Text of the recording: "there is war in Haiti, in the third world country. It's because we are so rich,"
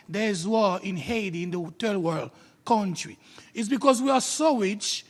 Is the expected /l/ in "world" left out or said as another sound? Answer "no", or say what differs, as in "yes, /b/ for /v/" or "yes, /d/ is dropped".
no